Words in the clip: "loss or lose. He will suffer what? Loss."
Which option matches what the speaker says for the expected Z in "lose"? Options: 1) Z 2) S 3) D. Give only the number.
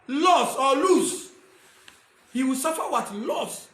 2